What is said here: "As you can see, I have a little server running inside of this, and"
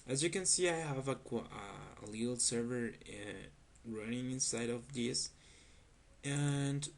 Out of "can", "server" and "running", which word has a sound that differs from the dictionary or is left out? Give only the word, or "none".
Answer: none